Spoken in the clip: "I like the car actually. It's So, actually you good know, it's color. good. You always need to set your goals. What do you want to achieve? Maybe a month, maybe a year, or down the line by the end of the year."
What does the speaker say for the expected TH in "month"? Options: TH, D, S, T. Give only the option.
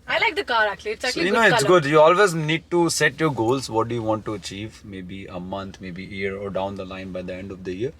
T